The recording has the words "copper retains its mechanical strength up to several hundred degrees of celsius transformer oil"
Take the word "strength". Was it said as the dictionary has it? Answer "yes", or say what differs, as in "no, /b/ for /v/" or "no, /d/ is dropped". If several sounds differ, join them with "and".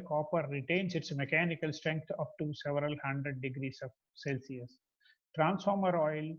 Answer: no, /t/ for /θ/